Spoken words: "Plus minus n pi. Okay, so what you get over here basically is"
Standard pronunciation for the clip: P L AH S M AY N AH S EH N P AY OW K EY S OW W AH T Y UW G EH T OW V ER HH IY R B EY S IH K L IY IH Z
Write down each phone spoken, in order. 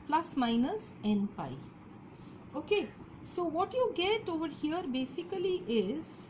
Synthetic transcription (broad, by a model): P L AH S M AY N AH S EH N P AY OW K EY S OW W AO T Y UW G EH T OW V ER HH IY R B EY S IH K L IY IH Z